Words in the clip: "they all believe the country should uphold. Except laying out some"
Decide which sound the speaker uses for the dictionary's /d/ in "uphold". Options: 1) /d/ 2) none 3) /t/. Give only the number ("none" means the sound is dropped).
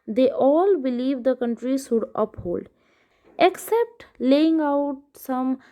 1